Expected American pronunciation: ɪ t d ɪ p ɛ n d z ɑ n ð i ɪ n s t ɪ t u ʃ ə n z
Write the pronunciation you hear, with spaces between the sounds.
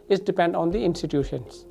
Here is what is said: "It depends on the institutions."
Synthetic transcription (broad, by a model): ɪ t d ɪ p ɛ n d ɑ n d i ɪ n s t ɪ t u ʃ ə n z